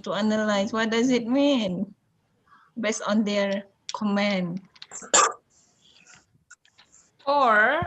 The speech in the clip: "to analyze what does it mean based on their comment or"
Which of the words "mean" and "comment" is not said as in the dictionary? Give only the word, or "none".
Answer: comment